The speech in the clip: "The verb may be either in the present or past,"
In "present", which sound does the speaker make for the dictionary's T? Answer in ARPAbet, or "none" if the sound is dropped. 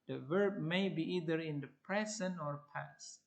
none